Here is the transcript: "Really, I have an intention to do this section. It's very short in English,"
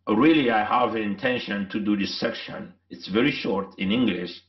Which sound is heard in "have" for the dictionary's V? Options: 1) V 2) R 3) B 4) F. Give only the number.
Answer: 1